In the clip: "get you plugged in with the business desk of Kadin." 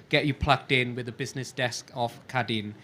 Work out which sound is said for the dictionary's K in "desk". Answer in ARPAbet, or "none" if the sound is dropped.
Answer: K